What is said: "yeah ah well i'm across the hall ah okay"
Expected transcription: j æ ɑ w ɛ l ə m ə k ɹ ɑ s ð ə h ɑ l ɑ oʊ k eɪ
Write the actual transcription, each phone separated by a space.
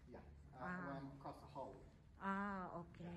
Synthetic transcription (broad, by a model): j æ ɑ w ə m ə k ɑ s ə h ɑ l ɑ oʊ k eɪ